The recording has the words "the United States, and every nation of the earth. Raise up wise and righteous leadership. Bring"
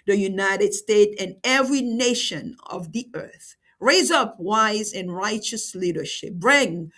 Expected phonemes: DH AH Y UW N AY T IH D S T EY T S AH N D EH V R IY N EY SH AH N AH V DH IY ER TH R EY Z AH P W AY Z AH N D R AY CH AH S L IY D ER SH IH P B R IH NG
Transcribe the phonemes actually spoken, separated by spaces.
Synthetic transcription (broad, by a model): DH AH Y UW N AY T IH D S T EY T AH N EH V R IY N EY SH AH N AH V DH IY ER TH R EY Z AH P W AY Z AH N R AY CH AH S L IY D ER SH IH P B R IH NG